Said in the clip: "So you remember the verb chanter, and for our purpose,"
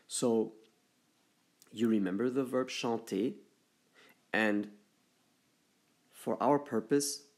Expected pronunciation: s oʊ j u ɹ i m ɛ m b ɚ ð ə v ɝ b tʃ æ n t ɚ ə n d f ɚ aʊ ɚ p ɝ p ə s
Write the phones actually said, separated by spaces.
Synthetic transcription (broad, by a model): s oʊ j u ɹ i m ɛ m b ɚ ð ə v ɝ b ʃ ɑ t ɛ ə n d f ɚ aʊ ɚ p ɝ p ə s